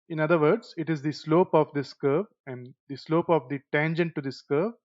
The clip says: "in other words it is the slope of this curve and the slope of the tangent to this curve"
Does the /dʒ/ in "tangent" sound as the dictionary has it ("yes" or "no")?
yes